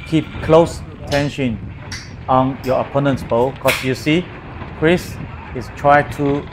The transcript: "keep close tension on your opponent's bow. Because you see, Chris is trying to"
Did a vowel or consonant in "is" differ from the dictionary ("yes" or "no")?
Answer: yes